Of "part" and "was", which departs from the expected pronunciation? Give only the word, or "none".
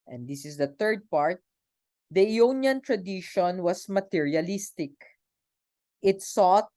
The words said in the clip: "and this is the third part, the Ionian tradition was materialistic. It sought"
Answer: was